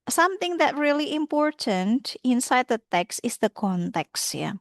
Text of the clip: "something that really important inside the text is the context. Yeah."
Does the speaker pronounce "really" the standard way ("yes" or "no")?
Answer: yes